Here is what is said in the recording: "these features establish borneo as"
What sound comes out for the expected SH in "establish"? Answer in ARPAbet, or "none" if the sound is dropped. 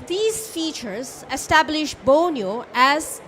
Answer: SH